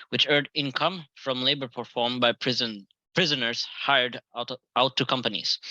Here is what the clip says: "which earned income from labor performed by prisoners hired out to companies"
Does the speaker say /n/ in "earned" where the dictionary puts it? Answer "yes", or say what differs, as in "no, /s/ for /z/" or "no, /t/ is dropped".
no, /n/ is dropped